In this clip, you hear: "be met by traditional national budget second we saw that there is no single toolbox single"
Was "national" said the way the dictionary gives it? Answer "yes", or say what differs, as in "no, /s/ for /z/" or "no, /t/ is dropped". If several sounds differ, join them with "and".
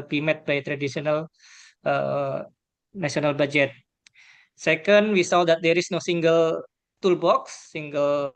no, /s/ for /ʃ/